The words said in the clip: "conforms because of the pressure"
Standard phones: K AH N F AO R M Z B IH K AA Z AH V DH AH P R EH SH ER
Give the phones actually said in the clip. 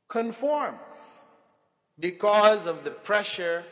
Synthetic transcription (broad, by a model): K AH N F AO R M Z B IH K AA Z AH V DH AH P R EH SH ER